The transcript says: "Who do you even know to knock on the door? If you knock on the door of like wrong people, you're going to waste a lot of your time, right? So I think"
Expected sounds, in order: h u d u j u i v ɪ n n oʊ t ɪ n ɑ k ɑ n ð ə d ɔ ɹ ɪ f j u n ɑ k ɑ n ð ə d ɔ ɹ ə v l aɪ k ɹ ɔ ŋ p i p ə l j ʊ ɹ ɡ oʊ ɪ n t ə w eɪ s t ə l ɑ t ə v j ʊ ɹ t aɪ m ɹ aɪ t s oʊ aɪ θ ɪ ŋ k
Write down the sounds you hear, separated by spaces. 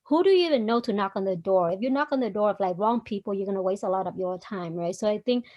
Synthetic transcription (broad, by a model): h u d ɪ j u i v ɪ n n oʊ t ɪ n ɑ k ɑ n ð ə d ɔ ɹ ɪ f j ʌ n ɑ k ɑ n ð ə d ɔ ɹ ə v l aɪ k ɹ ɔ ŋ p i p l j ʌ ɹ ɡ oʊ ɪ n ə w eɪ s t ə l ɑ t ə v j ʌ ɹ t aɪ m ɹ aɪ t s oʊ aɪ θ ɪ ŋ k